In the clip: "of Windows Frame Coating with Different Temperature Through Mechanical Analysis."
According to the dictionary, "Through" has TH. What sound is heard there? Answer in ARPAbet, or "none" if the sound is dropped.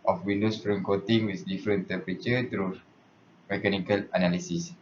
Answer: T